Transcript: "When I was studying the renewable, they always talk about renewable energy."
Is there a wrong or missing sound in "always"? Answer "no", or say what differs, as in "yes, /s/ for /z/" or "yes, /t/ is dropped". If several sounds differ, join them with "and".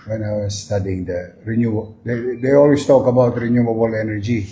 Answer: yes, /s/ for /z/